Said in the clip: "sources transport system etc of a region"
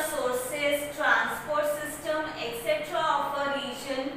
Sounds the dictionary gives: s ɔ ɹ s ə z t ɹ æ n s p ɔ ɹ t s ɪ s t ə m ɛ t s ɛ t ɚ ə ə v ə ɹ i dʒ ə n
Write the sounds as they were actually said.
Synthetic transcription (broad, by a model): s ɔ ɹ s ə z t ɹ æ n s p ɔ ɹ t s ɪ s t ə m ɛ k s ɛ t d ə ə p ə ɹ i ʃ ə n